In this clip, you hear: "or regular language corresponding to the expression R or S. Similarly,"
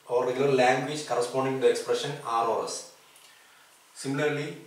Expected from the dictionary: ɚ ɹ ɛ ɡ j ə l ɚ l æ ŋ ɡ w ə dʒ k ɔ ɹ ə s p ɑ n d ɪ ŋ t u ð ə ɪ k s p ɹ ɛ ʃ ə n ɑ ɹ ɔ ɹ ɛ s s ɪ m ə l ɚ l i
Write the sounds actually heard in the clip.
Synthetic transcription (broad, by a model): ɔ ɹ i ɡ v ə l l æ ŋ ɡ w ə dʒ k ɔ ɹ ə s p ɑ n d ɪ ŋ t u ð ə ɪ k s p ɹ ɛ ʃ ə n ɑ l ɔ ɹ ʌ s s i m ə l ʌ l i